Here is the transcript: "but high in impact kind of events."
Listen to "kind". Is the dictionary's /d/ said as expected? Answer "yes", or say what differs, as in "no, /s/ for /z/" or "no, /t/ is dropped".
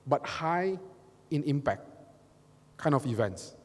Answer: no, /d/ is dropped